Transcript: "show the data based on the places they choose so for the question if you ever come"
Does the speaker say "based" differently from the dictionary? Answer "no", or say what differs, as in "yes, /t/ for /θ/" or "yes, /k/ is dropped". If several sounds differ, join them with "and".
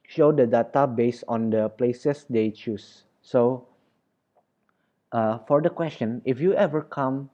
yes, /t/ is dropped